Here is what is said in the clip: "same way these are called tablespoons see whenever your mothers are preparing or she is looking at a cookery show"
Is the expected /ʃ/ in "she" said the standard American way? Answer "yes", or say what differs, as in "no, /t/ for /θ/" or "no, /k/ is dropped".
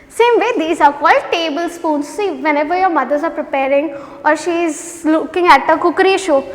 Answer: yes